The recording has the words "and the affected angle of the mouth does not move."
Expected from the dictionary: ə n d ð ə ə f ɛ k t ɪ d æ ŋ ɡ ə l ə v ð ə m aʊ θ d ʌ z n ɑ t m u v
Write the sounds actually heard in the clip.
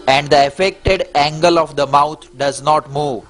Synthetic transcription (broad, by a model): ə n d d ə ə f ɛ k t ɪ d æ ŋ ɡ ə l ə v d ə m aʊ t d ʌ z n ɑ t m u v